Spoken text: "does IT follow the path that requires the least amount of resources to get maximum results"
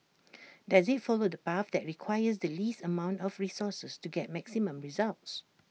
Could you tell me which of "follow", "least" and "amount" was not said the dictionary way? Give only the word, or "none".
none